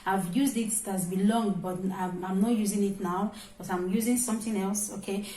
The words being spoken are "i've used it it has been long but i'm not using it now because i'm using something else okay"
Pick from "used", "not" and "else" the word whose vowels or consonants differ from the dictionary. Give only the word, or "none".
none